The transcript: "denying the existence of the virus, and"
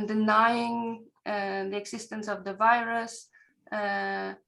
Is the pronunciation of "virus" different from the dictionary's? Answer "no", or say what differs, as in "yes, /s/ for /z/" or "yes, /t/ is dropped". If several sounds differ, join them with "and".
no